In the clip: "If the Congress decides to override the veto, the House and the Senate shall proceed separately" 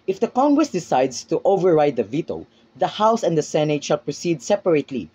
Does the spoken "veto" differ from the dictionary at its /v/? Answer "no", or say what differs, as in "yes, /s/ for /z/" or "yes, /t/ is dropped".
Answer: no